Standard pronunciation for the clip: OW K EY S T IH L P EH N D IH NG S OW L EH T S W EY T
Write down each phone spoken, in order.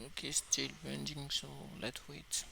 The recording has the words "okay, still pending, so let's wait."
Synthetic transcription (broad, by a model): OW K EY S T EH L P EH N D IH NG S OW L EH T W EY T